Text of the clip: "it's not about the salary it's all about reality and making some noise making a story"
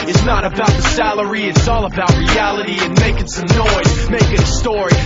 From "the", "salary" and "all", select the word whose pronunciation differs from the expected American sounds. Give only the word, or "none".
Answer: none